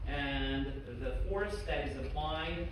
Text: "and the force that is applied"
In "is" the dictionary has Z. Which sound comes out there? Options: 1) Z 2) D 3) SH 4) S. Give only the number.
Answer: 1